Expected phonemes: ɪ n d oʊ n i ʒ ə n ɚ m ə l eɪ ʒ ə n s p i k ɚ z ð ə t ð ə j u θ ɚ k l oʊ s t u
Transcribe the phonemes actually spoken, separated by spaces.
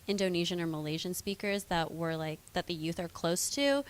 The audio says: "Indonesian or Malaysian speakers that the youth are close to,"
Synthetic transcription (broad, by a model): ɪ n d oʊ n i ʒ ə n ɚ m ə l eɪ ʒ ə n s p i k ɚ z ð ə t ð ə j u θ ɚ k l oʊ s t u